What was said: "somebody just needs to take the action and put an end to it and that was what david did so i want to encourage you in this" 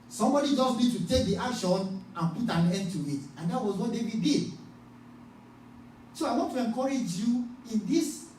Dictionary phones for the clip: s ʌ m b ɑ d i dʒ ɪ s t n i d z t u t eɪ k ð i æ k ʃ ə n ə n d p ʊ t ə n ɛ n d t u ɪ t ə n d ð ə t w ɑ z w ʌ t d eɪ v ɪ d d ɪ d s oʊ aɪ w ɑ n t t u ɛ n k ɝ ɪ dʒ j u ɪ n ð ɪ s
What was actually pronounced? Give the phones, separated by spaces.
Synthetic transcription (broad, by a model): s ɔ m b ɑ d i dʒ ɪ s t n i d t u t eɪ k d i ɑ k ʃ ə n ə n p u t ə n ɛ n d t u ɪ t ə n d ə t w ɑ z w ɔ t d eɪ w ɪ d d ɪ d s oʊ aɪ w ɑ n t t u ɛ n k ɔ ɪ dʒ j u ɪ n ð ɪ s